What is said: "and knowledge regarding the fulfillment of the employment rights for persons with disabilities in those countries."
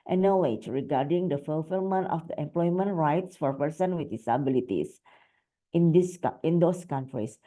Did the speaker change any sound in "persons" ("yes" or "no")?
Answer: yes